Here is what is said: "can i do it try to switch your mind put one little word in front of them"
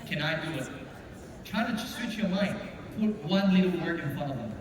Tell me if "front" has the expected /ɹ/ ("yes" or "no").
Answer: no